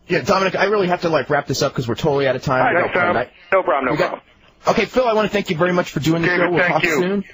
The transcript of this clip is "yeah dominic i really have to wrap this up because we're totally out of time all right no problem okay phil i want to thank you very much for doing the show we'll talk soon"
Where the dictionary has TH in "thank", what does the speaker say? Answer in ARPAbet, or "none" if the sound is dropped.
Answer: TH